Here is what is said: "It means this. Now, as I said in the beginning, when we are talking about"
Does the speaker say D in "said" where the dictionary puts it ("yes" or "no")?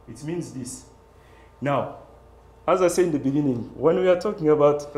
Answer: no